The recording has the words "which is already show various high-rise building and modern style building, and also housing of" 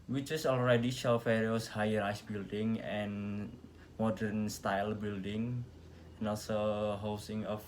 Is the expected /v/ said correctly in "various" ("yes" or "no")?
no